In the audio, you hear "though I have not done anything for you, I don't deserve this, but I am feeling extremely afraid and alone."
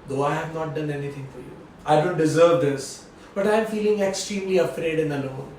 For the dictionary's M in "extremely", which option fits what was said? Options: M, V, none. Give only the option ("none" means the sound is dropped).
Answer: M